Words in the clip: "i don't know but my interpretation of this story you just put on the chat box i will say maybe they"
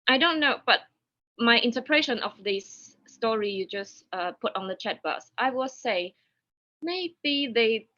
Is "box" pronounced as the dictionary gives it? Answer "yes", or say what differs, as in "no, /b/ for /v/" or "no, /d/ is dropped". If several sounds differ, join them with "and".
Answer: no, /k/ is dropped